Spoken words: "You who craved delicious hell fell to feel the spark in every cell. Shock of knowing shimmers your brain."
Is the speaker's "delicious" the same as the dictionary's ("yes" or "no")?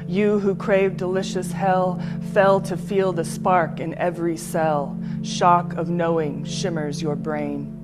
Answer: yes